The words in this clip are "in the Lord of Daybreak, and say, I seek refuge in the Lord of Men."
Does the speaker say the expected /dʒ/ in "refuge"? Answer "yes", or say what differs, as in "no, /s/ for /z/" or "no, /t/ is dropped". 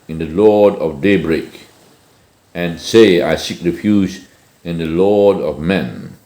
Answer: no, /z/ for /dʒ/